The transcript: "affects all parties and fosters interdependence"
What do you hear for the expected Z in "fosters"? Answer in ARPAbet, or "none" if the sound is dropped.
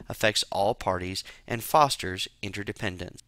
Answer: Z